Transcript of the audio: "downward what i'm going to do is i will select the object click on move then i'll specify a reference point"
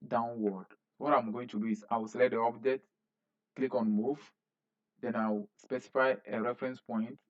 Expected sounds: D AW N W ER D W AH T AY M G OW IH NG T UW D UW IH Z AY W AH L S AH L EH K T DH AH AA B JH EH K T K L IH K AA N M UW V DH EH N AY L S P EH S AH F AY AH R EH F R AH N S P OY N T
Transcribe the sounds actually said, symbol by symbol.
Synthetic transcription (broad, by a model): D AW N W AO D W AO T AY M G OW IH NG T UW D UW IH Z AY W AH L S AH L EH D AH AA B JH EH T K L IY K AA N M UW V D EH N AY W S P EH S AH F AY AH R EH F R AH N S P OY N T